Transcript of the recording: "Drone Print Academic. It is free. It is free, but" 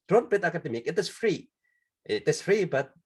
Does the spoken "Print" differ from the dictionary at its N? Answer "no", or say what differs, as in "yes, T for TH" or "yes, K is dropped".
yes, N is dropped